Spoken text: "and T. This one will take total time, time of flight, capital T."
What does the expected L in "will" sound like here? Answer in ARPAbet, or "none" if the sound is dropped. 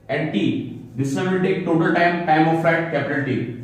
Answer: N